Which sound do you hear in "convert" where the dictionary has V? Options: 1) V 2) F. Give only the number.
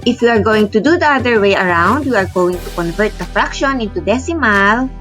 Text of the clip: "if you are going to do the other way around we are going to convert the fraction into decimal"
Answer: 1